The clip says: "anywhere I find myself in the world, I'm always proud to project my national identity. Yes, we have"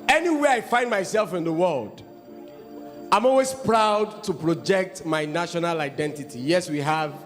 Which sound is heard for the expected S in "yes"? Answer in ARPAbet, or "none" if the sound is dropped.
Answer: S